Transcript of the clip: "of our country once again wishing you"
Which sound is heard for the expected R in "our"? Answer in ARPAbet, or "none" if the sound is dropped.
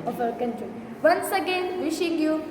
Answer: L